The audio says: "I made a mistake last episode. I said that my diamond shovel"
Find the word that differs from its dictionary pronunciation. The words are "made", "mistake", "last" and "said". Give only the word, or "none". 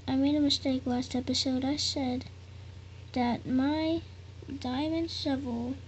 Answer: last